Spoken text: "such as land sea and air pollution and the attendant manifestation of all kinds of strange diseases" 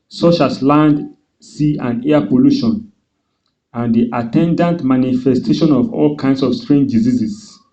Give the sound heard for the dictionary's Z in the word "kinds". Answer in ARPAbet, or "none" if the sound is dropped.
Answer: S